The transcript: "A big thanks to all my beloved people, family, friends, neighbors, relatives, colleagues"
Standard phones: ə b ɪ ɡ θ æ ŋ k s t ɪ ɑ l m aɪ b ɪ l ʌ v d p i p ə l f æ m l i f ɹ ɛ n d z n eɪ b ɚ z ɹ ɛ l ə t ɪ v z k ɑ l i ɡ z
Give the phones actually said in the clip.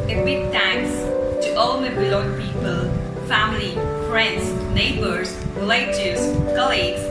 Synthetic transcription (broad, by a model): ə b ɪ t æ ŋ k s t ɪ ɑ l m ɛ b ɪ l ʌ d p i p ə l f æ m l i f ɹ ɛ n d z n eɪ b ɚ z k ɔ l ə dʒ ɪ z k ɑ l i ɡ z